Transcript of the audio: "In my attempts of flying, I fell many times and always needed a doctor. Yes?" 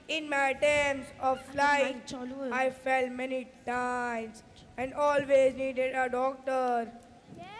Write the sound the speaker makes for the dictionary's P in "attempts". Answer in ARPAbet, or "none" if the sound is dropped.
none